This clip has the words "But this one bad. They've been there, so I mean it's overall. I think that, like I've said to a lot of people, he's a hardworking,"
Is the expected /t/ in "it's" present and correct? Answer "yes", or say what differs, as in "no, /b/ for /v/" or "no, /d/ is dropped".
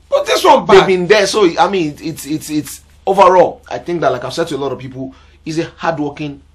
yes